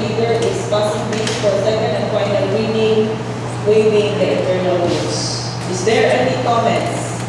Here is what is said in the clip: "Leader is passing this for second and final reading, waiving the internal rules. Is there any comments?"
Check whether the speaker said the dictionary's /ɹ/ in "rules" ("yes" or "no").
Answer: no